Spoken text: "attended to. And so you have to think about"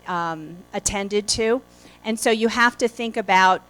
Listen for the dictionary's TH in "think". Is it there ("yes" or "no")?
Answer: yes